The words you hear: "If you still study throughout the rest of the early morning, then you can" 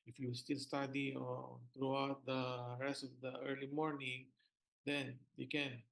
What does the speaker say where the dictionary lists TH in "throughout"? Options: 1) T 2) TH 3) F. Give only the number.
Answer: 1